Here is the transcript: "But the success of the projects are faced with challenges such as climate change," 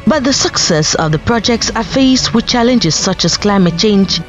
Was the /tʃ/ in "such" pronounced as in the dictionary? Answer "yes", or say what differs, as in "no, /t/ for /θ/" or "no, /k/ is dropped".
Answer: yes